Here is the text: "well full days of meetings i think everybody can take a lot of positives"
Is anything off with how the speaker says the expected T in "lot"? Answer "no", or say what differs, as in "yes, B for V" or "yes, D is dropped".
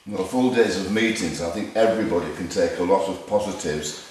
no